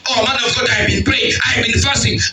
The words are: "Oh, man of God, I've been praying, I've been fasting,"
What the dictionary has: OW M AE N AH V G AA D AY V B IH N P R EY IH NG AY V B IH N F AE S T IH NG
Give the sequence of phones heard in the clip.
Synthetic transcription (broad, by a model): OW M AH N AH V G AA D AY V B IH N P L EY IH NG AY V B IH N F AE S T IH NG